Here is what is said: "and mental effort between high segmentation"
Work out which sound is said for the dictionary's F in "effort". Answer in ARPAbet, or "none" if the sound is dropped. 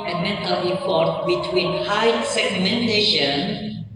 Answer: P